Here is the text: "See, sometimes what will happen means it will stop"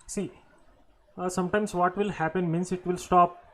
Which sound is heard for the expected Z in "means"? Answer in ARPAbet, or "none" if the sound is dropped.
S